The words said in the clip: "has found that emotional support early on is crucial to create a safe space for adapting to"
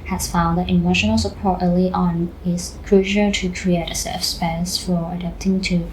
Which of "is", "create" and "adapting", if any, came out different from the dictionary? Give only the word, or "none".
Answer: is